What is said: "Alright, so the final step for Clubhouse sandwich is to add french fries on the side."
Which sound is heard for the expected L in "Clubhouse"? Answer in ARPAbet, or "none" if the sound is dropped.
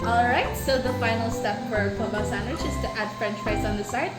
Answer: none